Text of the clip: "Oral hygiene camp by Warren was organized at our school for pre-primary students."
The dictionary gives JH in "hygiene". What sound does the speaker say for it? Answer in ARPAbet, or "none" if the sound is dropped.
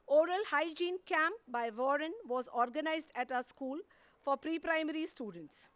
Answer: JH